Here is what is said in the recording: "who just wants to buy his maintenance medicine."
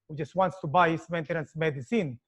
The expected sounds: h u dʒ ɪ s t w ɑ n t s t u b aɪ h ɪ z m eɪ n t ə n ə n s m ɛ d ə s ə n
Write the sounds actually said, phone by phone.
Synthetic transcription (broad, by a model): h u dʒ ɪ s t w ɑ n t s t u b aɪ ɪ s m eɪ n t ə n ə n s m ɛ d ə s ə n